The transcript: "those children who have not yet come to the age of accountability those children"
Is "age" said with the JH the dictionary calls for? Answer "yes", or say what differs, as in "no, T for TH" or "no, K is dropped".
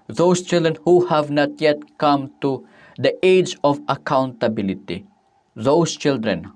yes